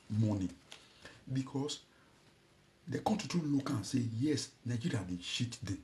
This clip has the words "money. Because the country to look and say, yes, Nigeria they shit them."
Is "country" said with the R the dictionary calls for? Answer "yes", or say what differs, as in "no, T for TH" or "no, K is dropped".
no, R is dropped